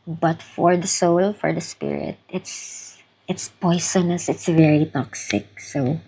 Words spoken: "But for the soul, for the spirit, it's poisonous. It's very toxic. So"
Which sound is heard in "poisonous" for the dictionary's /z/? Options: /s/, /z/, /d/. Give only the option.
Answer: /s/